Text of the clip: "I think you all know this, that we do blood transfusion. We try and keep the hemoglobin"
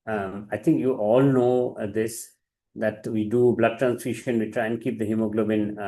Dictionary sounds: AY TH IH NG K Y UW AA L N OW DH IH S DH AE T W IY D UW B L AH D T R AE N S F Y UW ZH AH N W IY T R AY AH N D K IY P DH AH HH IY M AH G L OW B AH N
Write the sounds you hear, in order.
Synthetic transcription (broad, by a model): AY T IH NG K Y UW AA L N OW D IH S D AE T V IY D UW B L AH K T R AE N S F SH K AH N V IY T R AY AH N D K IY P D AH HH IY M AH G L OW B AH N